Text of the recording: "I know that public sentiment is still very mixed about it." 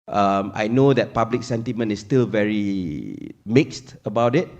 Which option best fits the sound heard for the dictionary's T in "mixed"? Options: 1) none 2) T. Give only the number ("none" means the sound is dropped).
2